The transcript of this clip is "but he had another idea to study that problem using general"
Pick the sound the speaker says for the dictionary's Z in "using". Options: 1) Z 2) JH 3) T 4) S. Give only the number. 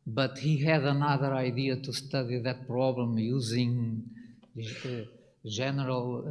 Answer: 1